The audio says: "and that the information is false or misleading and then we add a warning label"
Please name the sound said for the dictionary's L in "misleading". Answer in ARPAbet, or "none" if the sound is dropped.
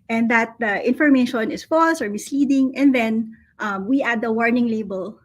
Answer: none